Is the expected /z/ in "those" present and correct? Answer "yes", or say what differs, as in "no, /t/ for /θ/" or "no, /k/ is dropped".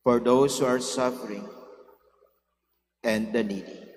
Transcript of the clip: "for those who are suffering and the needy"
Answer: no, /s/ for /z/